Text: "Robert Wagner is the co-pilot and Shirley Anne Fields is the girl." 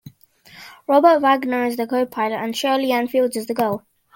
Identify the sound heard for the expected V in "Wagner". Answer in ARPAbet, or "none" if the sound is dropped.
V